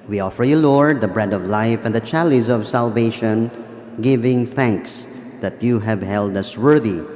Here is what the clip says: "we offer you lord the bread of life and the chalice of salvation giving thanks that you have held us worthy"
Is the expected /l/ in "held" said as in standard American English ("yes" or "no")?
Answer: yes